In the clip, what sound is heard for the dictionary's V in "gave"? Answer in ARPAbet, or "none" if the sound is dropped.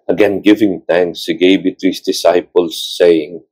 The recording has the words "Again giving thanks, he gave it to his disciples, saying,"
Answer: B